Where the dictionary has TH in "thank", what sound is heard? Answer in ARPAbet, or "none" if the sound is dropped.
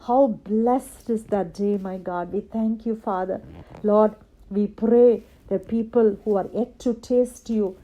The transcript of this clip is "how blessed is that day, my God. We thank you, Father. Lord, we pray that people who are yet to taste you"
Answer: T